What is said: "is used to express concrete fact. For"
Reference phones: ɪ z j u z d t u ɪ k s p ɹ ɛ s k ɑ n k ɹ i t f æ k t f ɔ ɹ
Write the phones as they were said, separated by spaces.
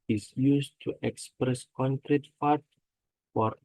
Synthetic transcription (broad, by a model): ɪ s j u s t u ɪ k s p ɹ ɛ s k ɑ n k ɹ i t f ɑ t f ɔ ɹ